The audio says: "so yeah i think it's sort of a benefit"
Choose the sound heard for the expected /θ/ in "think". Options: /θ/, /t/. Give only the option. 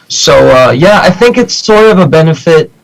/θ/